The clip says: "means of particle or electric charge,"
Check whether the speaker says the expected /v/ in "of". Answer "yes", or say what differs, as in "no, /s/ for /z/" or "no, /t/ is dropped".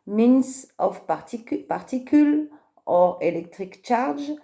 no, /p/ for /v/